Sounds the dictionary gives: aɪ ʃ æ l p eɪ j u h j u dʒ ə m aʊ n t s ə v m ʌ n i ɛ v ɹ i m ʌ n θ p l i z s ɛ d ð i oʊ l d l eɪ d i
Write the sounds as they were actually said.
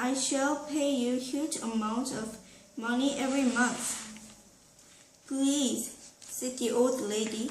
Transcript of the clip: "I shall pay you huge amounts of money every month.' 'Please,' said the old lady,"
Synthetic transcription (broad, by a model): aɪ ʃ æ l p eɪ j u h j u dʒ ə m aʊ n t ə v m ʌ n i ɛ v ɹ i m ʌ n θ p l i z s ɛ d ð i oʊ l d l eɪ d i